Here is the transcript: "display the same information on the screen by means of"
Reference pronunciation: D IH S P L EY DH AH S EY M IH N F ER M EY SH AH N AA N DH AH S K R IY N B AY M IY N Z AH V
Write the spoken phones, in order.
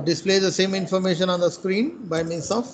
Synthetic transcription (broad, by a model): D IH S P L EY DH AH S EY M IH N F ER M EY SH AH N AA N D AH S K R IY N B AY M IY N S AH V